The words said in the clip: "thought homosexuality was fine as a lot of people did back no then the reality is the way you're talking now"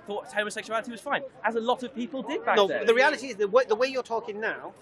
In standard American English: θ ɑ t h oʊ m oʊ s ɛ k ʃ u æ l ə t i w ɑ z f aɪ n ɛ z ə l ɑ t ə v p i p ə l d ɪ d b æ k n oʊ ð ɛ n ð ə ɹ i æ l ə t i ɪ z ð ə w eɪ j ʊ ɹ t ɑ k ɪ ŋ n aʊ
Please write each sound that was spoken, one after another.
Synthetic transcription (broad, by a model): θ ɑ t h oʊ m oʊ s ɛ k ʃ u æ l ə t i w ɑ z f aɪ n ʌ z ə l ɑ t ə v p i p ə l d ɪ d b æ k n oʊ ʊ ð ə ɹ i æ l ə t i ɪ z ð ə w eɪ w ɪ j t ɑ k ɪ ŋ n aʊ